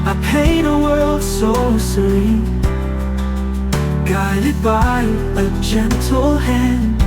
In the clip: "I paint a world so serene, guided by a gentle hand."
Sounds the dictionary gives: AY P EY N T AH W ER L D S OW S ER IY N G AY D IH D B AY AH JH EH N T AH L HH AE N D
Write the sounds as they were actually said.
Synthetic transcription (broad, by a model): AY P EY T AH W ER L D S OW S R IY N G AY D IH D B AY AH JH EH N T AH L HH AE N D